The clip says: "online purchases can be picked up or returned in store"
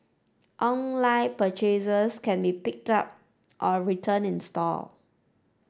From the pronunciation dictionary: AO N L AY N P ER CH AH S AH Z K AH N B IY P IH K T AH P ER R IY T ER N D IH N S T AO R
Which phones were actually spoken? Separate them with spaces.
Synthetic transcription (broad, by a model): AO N L AY P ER CH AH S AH S K AH N B IY P IH K T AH P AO R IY T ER N IH N S T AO L